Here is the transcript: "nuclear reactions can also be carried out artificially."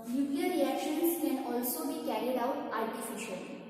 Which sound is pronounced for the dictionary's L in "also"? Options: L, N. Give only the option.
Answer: L